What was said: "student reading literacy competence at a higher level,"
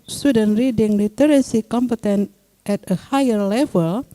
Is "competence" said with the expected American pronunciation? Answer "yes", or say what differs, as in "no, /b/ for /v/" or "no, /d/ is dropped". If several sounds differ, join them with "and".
no, /s/ is dropped